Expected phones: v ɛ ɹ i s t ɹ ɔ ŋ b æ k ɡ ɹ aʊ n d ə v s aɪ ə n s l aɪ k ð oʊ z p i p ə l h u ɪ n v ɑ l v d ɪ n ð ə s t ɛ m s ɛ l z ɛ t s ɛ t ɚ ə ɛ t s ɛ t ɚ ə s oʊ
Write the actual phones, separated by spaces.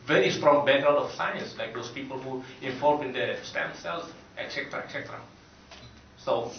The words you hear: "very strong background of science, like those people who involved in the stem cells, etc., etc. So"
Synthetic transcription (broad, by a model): v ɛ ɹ i s t ɹ ɔ ŋ b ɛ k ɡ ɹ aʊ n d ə f s aɪ ə n s l aɪ k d oʊ s p i p ə l h u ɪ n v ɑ l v ɪ n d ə s t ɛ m s ɛ l s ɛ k s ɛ t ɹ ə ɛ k s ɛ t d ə s oʊ